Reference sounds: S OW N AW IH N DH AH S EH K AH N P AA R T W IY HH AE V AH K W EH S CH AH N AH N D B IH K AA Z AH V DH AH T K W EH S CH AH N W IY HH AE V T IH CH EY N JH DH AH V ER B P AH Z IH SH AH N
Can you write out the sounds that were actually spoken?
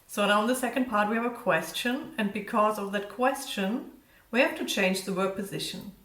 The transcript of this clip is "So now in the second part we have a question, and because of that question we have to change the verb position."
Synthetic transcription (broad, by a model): S OW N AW IH N DH AH S EH K AH N P AA R T W IY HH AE V AH K W EH S CH AH N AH N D B IH K AA Z AH V DH AH T K W EH S CH AH N W IY HH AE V T IH CH EY N JH DH AH W ER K P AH Z IH SH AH N